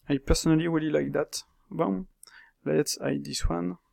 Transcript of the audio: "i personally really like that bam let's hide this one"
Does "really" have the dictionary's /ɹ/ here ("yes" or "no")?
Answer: no